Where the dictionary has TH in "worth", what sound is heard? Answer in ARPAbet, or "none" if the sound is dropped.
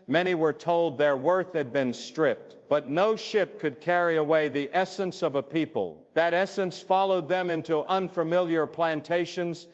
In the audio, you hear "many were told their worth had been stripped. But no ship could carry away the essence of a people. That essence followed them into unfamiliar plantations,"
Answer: TH